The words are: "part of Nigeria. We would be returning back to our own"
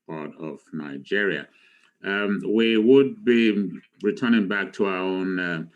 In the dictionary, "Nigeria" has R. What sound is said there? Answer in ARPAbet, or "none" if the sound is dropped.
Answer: R